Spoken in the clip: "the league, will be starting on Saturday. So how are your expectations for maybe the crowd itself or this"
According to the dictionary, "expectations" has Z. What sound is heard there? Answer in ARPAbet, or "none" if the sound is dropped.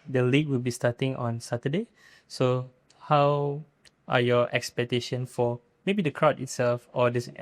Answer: none